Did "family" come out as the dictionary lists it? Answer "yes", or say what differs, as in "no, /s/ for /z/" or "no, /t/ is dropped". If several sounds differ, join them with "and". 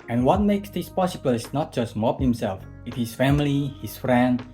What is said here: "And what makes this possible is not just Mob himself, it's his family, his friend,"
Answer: yes